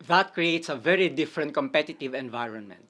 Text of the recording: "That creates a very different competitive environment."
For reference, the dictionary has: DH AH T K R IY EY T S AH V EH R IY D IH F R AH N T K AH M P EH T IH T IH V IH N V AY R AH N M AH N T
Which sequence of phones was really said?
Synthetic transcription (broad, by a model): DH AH T K R IY EY T S AH V EH R IY D IH F R AH N T K AH M P EH T IH T IH V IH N V AY R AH N M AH N T